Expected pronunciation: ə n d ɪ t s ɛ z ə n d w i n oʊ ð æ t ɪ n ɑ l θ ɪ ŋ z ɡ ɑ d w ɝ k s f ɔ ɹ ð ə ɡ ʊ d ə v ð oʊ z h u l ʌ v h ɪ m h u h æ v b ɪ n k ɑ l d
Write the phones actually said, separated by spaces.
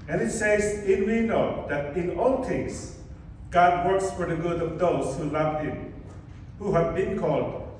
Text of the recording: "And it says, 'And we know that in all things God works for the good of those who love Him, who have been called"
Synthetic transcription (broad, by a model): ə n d ɪ t s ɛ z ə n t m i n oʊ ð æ t ɪ n ɑ l t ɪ ŋ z ɡ ɑ d w ɝ k s f ɔ ɹ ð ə ɡ ʊ d ə v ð oʊ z h u l ʌ v h ɪ m h u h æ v b ɪ n k ɑ l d